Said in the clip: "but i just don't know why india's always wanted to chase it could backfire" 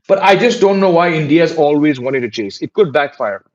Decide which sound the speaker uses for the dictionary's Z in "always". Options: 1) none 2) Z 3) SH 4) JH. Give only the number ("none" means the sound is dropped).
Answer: 2